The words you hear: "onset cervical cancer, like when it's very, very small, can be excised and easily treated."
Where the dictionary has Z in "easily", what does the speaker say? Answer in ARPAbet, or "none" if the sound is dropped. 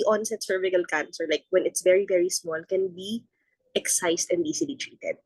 S